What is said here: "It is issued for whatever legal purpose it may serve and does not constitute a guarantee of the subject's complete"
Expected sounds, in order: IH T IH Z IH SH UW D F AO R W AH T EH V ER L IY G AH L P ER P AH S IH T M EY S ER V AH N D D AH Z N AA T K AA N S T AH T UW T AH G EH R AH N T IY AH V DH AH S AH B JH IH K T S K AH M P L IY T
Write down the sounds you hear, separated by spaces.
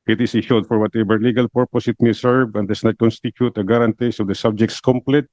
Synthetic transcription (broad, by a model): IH T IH S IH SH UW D F AO R W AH T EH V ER L IY G AH L P ER P AH S IH T M EY S ER V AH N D D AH S N AA T K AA N S T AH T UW T AH G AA R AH N T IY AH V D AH S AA B JH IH K T S K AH M P L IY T